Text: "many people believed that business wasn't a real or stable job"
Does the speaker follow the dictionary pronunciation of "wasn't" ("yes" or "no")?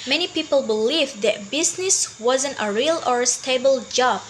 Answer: yes